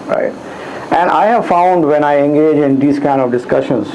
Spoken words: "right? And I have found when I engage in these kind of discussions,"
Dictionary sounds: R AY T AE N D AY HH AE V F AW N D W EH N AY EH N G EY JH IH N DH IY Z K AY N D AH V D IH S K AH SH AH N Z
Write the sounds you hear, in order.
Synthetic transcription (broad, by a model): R AY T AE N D AY HH AE V F AW N D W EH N AY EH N G EY JH IH N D IY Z K AY N D AH V D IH S K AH SH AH N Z